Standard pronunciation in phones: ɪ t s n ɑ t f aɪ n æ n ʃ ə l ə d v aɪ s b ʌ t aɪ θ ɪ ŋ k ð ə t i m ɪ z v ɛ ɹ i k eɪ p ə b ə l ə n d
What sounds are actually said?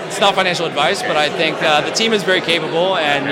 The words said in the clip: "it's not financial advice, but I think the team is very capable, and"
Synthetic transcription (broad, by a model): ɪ t s n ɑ t f aɪ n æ n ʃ l ə d v aɪ s b ʌ t aɪ θ ɪ ŋ k ð ə t i m ɪ z v ɛ ɹ i k eɪ p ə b l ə n